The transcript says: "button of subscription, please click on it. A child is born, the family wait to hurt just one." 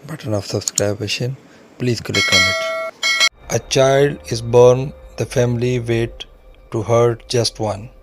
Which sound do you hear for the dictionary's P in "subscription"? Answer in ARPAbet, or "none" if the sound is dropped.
B